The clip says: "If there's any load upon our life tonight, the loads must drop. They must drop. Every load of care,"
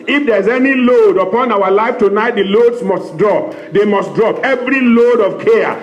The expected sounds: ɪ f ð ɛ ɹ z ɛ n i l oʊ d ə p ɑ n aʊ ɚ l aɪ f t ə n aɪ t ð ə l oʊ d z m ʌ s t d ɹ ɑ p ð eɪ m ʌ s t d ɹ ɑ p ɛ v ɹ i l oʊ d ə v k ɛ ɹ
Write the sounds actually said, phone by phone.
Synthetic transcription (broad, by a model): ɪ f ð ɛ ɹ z ɛ n i l oʊ d ə p ɑ n aʊ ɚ l aɪ f t ə n aɪ t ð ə l oʊ d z m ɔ s t d ɹ ɑ p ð eɪ m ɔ s t d ɹ ɑ p ɛ v ɹ i l oʊ d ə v k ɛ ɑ